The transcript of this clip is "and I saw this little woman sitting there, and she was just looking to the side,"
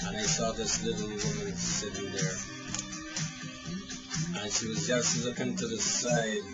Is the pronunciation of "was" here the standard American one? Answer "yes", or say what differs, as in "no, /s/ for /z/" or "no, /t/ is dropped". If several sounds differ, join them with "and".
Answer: yes